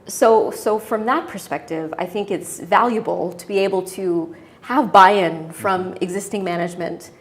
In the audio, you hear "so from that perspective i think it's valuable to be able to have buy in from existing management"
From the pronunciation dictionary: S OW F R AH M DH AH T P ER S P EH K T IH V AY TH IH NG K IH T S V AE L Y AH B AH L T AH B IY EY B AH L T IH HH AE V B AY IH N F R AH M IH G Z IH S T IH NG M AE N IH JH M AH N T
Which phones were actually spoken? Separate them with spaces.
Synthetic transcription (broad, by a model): S OW F R AH M DH AH T P ER S P EH K T IH V AY TH IH NG K IH T S V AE L Y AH B L T AH B IY EY B L T IH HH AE V B AY IH N F R AH M IH G Z IH S T IH NG M AE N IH JH M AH N T